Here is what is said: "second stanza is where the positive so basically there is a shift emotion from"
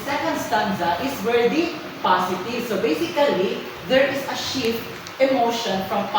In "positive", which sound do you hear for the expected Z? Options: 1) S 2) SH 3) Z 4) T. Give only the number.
1